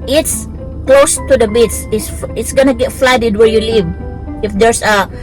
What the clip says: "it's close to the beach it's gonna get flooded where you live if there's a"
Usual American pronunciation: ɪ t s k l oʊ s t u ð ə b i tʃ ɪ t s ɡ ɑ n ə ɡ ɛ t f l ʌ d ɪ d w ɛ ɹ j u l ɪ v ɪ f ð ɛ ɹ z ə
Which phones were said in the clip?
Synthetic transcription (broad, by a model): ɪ t s k l oʊ s t u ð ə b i s ɪ t s ɡ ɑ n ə ɡ ɛ t f l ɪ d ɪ d w ɛ ɹ j u l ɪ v ɪ f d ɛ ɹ s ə